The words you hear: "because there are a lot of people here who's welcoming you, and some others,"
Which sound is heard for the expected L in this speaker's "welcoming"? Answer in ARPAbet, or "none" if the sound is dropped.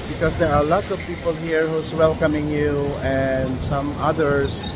L